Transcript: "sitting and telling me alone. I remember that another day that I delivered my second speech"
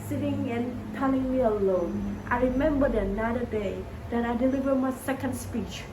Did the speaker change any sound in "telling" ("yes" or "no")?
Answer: yes